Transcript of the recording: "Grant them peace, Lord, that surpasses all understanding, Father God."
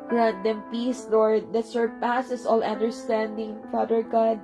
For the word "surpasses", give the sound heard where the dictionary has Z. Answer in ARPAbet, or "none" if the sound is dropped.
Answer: S